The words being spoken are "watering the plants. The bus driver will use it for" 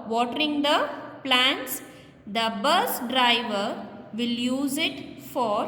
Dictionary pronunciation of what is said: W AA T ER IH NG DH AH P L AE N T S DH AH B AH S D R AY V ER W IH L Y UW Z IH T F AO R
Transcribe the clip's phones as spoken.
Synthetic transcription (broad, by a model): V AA T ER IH NG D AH P L AE N T S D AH B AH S D R AY V ER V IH L Y UW Z IH T F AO R